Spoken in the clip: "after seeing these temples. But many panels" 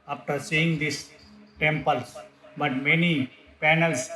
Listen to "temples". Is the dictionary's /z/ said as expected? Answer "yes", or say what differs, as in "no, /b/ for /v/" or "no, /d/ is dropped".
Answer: no, /z/ is dropped